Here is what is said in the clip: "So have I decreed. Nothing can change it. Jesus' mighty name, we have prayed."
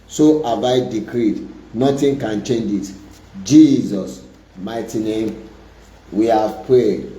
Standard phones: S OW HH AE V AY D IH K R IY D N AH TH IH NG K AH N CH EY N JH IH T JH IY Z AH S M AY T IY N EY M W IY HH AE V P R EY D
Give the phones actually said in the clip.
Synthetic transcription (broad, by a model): S OW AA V AY D IH K R IY D N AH T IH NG K AH N CH EY N JH IH T JH IY Z AH S M AY T IY N EY M W IY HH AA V P R EY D